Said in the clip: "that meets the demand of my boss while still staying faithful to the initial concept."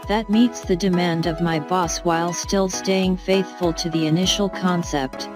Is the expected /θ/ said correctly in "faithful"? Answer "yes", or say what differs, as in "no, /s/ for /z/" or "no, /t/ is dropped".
yes